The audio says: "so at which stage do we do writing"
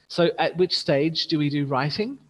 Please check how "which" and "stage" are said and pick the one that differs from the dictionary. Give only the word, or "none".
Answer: none